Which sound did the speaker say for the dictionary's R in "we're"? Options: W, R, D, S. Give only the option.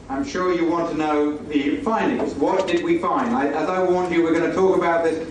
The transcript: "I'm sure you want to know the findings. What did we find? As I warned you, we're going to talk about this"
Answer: R